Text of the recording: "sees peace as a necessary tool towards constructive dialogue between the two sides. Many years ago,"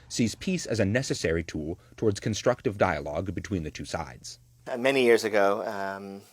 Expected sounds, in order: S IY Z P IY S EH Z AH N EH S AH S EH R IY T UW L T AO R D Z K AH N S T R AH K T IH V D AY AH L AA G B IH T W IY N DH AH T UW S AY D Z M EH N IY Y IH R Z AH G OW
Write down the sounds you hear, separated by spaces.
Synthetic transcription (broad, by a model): S IY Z P IY S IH Z AH N EH S AH S EH R IY T UW L T AO R D Z K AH N S T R AH K T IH V D AY AH L AA G B IH T W IY N DH AH T UW S AY D Z M EH N IY Y IH R Z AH G OW